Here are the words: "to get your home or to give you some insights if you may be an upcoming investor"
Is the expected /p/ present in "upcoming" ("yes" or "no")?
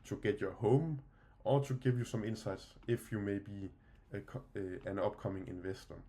no